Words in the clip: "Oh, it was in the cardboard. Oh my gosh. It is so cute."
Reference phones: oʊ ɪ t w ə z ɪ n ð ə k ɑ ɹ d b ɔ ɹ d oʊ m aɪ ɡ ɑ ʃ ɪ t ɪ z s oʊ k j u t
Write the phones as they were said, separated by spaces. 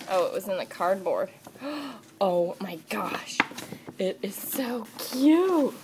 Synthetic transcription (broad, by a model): oʊ ɪ t w ə z ɪ n ð ə k ɑ ɹ d b ɔ ɹ d oʊ m aɪ ɡ ɑ ʃ ɪ t ɪ z s oʊ k j u t